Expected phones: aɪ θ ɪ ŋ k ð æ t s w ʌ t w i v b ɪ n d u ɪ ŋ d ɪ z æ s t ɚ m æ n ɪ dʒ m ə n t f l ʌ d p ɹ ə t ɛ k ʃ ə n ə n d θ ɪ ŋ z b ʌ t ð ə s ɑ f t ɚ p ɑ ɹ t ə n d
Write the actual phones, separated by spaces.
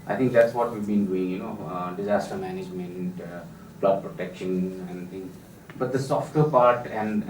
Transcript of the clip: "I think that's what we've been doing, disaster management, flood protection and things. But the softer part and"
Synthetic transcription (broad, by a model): aɪ t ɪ ŋ k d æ t s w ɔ t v i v b ɪ n d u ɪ ŋ d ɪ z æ s t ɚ m æ n ɪ dʒ m ə n t p l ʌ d p ɹ ə t ɛ k ʃ ə n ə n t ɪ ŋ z b ʌ t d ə s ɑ f t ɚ p ɑ ɹ t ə n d